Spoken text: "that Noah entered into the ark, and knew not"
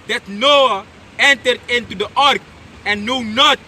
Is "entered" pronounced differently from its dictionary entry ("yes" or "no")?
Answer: no